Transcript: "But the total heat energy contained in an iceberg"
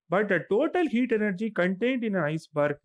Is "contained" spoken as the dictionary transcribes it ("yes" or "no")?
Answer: yes